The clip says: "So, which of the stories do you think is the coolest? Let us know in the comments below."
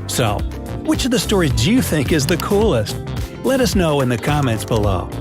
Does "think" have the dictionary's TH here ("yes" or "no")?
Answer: yes